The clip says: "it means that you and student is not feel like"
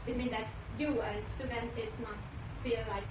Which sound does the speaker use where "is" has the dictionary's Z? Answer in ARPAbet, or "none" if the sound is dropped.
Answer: S